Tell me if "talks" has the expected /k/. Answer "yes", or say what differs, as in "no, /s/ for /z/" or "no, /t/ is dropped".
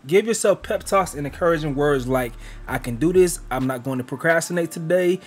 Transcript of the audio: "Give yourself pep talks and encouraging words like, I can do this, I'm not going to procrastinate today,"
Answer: no, /k/ is dropped